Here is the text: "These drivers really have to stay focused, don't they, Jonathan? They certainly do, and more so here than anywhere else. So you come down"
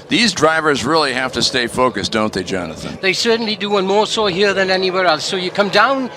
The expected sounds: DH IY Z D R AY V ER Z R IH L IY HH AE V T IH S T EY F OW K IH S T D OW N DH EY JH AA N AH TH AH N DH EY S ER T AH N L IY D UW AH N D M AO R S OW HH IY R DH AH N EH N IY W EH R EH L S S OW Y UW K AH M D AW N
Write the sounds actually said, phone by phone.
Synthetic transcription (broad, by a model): DH IY Z D R AY V ER Z R IH L IY HH AE F T IH S T EY F OW K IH S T D OW N DH EY JH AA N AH TH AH N DH EY S ER T N L IY D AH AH N M AO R S OW HH IY R DH AH N EH N IY W EH R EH L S S OW Y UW K AH M D AW N